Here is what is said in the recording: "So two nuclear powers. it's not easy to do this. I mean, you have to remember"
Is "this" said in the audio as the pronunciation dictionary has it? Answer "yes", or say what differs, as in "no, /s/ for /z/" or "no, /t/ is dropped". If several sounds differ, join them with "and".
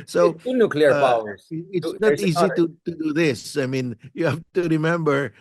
yes